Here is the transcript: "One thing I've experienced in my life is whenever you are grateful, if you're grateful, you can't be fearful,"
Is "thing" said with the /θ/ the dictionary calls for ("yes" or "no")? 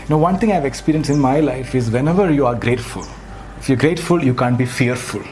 no